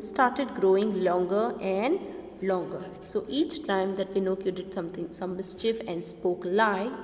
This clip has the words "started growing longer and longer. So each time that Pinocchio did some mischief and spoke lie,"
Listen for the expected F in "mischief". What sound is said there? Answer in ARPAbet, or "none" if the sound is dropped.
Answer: F